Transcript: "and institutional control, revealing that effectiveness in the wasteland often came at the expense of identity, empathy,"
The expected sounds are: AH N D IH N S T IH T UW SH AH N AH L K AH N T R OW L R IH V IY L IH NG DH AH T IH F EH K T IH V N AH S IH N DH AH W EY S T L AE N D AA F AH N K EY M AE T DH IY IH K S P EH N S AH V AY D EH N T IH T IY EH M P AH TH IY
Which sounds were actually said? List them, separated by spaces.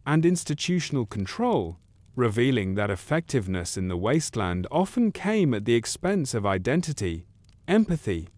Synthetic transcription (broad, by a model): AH N IH N S T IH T UW SH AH N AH L K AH N T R OW L R IH V IY L IH NG DH AH T IH F EH K T IH V N AH S IH N DH AH W EY S T L AE N D AA F AH N K EY M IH T DH IY IH K S P EH N S AH V AY D EH N T IH T IY EH M P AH TH IY